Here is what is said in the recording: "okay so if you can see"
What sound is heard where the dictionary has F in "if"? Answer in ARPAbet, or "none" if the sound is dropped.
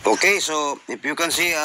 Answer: P